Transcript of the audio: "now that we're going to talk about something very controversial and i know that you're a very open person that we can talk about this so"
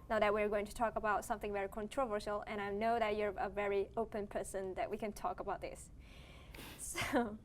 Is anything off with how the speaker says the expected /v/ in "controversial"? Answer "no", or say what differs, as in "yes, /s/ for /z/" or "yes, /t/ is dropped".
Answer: no